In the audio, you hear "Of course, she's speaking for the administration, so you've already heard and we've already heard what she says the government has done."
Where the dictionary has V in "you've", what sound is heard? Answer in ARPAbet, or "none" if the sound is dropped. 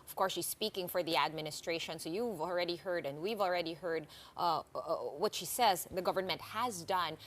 V